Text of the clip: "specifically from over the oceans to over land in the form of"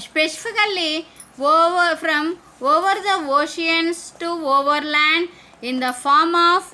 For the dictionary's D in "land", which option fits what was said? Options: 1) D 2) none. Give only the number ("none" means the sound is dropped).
1